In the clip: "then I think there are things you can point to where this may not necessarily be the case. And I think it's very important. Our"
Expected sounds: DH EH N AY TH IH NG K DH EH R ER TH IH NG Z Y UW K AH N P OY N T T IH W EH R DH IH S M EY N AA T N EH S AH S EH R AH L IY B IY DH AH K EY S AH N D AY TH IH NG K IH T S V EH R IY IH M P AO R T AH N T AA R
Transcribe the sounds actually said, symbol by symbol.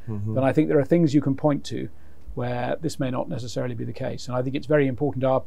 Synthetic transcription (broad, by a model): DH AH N AY TH IH NG K DH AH R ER TH IH NG Z Y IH K AH N P OY N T T IH W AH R DH IH S M EY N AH T N EH S AH S EH R AH L IY B IY DH AH K EY S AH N AY TH IH NG K IH T S V EH R IY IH M P AO R T N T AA